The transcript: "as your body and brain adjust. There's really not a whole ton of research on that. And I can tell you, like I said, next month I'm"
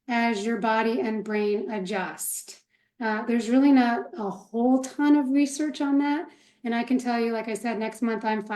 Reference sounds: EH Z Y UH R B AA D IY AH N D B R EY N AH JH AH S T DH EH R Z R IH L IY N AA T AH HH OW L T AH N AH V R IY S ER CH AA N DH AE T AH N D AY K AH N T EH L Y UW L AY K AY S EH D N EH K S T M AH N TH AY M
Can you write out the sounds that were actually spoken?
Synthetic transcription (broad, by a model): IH Z Y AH R B AA D IY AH N B R EY N AH JH AH S T DH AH R Z R IH L IY N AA T AH HH OW L T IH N AH V R IY S ER CH N DH AE T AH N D AY K AH N T EH L Y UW L AY K AY S EH D N EH K S T M AH N TH AY M